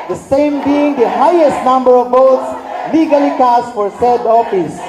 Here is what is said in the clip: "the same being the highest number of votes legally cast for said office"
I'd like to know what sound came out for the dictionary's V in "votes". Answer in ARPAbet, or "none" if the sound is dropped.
B